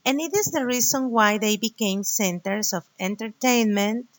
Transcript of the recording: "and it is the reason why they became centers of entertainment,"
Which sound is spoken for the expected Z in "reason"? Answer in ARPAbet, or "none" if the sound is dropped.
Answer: S